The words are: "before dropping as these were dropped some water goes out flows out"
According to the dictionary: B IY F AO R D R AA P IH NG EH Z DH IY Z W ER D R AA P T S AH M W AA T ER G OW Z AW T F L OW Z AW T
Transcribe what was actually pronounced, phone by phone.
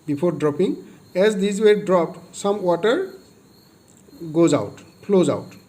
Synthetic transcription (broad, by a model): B IY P AO R D R AA P IH NG EH Z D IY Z W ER D R AA P T S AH M W AA T ER G OW Z AW T P L OW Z AW T